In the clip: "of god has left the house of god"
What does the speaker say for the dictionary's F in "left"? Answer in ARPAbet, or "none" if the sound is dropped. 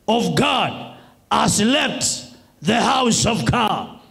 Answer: P